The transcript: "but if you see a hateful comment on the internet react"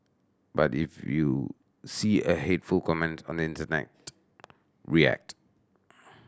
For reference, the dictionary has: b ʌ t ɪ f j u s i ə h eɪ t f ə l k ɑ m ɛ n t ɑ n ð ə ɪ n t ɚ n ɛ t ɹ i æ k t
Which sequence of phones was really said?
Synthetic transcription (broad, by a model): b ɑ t ɪ f j u s i ə h eɪ t f ə l k ɑ m ɛ n t ɑ n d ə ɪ n t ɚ n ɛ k ɹ i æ k t